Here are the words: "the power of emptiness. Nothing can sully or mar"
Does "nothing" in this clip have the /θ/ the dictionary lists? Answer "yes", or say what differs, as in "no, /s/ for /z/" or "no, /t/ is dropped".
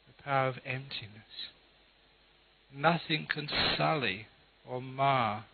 yes